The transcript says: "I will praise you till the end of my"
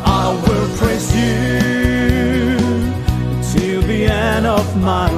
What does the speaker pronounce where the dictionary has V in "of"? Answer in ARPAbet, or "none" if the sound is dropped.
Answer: V